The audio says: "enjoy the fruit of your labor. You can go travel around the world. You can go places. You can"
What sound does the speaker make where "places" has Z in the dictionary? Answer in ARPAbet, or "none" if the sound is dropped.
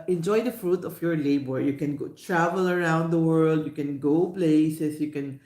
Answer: S